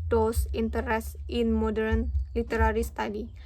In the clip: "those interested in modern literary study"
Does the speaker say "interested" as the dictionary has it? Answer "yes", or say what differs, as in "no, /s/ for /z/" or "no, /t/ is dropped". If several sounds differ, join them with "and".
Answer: no, /ɹ/ is dropped and /s/ is dropped